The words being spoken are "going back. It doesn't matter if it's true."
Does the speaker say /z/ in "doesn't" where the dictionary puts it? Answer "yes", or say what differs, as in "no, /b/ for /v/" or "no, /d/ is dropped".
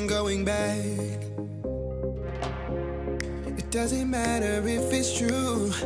yes